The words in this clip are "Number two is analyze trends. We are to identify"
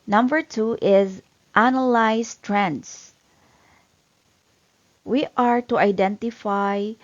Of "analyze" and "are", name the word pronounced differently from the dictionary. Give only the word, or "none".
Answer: analyze